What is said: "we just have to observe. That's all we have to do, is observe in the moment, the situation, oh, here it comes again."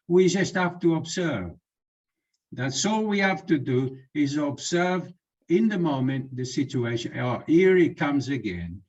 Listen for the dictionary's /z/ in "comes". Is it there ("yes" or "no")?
yes